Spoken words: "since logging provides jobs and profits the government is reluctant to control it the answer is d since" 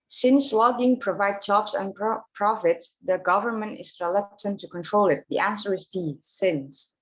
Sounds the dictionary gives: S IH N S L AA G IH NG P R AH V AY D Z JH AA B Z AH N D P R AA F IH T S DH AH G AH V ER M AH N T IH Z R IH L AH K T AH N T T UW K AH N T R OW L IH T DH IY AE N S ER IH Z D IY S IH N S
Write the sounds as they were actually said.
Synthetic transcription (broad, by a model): S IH N S L AA G IH NG P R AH V AY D JH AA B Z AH N P R AA F IH T S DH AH G AH V ER M AH N T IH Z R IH L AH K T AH N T T UW K AH N T R OW L IH T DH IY AE N S ER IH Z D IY S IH N S